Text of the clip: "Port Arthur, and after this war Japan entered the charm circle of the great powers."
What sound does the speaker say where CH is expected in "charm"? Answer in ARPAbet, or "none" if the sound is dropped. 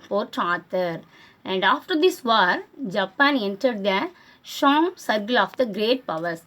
SH